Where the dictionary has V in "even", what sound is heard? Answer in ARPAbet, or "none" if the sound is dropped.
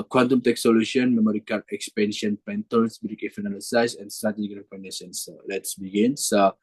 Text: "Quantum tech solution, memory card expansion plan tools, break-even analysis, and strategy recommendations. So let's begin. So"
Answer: F